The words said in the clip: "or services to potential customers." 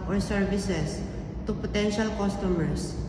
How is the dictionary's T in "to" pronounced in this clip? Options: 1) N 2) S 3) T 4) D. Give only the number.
3